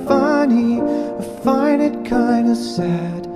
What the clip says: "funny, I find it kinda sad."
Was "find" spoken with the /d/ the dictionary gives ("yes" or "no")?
no